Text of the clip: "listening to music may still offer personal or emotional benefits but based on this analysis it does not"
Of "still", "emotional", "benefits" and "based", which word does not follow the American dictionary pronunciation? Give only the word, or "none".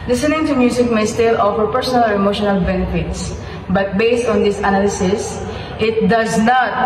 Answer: none